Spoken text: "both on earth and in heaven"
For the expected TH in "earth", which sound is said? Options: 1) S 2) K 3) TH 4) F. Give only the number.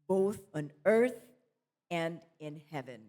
3